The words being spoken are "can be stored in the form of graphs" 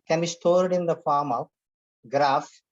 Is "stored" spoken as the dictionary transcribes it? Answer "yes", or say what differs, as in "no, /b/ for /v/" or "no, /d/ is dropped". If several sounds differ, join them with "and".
yes